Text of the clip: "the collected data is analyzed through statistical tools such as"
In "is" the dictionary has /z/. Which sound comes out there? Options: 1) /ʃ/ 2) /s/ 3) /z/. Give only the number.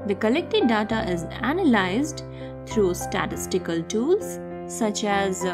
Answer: 3